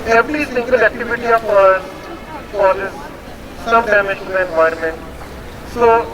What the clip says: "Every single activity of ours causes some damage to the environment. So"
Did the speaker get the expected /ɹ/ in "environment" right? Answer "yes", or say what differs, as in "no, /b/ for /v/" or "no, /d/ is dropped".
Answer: no, /ɹ/ is dropped